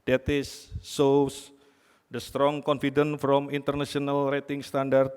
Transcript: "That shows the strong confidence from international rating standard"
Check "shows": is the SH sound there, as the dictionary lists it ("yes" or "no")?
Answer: no